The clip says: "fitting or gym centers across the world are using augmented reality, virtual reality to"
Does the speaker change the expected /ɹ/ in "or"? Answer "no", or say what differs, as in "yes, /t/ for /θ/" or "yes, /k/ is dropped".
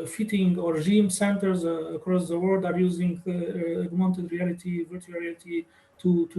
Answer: no